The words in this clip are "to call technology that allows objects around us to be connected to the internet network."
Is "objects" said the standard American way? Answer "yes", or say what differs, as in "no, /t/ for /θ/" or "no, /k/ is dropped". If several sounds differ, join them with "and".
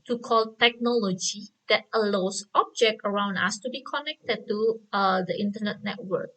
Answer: no, /s/ is dropped